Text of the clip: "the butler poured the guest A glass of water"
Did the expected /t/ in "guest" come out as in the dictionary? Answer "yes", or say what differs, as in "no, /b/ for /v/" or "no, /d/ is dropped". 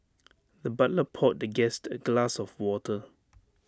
yes